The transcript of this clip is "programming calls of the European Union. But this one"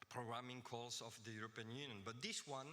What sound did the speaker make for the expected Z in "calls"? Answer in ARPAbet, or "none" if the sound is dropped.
S